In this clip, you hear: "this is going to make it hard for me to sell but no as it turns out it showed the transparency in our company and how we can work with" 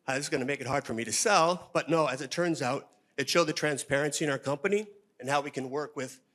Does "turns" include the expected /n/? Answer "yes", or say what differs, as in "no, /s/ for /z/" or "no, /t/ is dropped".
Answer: yes